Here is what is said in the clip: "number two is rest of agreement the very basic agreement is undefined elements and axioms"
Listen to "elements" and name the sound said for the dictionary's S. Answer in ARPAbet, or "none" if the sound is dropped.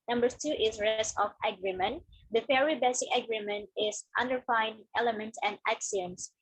none